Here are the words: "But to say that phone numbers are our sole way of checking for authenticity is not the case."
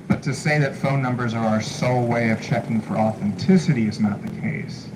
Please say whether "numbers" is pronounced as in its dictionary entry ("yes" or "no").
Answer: yes